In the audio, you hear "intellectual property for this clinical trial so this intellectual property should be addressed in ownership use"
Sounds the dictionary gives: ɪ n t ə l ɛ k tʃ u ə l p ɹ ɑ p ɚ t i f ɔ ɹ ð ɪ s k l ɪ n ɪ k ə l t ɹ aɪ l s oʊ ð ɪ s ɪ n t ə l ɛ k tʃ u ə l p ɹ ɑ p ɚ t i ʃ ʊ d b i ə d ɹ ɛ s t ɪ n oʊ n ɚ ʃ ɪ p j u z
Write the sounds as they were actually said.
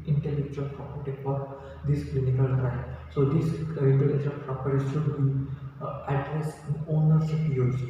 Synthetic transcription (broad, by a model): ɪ n t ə l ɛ k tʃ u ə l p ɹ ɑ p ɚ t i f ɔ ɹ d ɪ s k l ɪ n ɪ k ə l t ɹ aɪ n s oʊ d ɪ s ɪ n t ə l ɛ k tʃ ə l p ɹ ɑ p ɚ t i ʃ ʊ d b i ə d ɹ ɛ s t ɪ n oʊ n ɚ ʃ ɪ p j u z